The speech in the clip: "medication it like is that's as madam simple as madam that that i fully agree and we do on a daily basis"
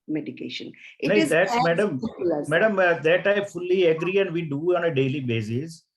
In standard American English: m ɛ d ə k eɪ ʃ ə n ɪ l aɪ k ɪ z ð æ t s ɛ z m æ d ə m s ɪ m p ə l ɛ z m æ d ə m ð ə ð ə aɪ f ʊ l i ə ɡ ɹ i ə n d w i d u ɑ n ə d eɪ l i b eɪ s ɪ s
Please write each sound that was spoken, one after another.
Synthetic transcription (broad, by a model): m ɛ d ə k eɪ ʃ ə n ɪ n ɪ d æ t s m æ d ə m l m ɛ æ d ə m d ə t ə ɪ f ʊ l i ə ɡ ɹ i ə n d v i d u ɑ n ə d eɪ l i b eɪ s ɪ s